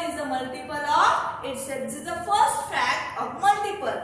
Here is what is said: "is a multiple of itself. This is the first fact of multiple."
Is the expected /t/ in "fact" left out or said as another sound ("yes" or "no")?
yes